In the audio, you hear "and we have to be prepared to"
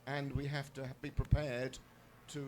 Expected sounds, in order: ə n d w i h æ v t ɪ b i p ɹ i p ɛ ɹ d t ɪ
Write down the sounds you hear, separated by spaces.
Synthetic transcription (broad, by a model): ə n w i h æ f t ɪ b i p ɹ i p ɛ ɹ d t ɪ